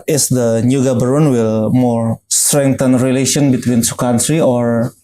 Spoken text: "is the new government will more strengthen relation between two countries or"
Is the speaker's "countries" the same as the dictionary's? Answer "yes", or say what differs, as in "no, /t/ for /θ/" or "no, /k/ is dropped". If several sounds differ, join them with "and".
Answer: no, /z/ is dropped